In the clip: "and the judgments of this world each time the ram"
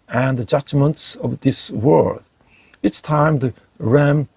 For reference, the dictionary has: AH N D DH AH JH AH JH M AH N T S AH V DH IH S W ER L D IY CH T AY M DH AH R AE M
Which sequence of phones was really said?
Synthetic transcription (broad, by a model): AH N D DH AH JH AH JH M AH N T S AH V DH IH S W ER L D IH S T AY M DH AH R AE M